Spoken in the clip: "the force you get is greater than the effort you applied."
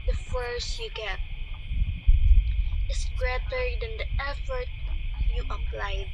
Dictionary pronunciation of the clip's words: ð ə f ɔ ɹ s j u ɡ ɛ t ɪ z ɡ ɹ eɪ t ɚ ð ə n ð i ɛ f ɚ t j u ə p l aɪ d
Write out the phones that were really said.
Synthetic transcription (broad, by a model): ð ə f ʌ ɹ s j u ɡ ɛ t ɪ s ɡ ɹ eɪ t ɚ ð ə n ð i ɛ f ɚ t j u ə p l aɪ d